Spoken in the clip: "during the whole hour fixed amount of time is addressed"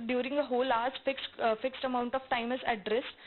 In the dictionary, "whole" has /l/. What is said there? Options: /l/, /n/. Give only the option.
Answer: /l/